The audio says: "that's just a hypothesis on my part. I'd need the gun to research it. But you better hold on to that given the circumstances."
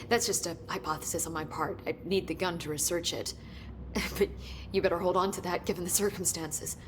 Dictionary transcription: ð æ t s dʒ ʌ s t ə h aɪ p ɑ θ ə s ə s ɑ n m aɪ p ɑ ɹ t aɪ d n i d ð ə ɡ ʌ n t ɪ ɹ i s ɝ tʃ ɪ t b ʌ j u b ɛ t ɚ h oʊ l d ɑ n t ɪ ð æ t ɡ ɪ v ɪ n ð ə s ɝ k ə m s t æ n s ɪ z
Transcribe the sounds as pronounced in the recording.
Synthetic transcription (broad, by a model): ð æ t s dʒ ʌ s t ə h aɪ p ɑ θ ə s ə s n m aɪ p ɑ ɹ t aɪ n i d ð ə ɡ ʌ n t ɪ ɹ i s ɝ tʃ ɪ t b ʌ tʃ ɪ b ɛ t ɚ h oʊ l d n t ɪ ð æ t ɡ ɪ v n ð ə s ɝ k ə m s t æ n s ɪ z